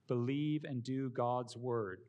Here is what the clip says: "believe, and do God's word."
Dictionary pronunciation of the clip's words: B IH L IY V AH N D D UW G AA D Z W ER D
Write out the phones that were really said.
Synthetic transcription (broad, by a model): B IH L IY V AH N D D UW G AA D Z W ER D